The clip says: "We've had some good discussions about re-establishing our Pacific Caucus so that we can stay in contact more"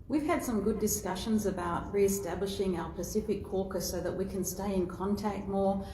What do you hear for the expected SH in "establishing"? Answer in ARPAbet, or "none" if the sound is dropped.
SH